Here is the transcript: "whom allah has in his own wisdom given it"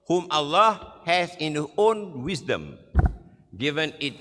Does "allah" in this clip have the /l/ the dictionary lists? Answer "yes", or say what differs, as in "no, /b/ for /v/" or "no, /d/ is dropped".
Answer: yes